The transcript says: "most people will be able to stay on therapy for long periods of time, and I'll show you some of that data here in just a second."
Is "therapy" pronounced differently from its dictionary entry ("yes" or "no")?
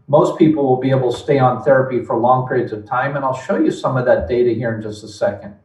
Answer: no